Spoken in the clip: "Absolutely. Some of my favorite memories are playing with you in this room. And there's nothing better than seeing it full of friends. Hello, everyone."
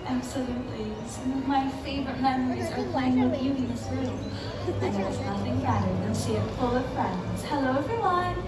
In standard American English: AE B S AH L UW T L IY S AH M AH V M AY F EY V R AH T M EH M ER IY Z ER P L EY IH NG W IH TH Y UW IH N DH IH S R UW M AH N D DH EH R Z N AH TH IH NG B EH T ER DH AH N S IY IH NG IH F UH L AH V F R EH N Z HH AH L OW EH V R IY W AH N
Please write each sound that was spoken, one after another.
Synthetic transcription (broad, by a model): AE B S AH L UW T L IY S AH M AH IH F EY V R AH T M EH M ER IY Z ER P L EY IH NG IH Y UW IH N DH IH S R UW M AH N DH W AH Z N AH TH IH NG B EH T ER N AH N SH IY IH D F UH L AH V F R EH N Z HH AH L OW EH V R IY W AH N